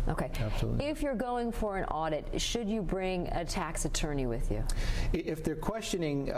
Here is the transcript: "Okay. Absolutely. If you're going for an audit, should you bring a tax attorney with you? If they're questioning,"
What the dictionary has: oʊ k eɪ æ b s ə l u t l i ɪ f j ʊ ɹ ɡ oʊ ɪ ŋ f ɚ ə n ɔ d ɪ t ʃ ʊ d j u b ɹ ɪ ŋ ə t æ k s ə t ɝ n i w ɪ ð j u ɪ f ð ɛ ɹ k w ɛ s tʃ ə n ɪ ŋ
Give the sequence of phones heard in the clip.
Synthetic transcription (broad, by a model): oʊ k eɪ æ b s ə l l ɪ f j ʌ ɹ ɡ oʊ ɪ ŋ f ɚ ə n ɔ d ɪ t ʃ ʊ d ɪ b ɹ ɪ ŋ ə t æ k s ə t ɝ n i w ɪ ð j u ɪ f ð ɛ ɹ k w ɛ s tʃ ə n ɪ ŋ